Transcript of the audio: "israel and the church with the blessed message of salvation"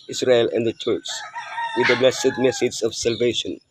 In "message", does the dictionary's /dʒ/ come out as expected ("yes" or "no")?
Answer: no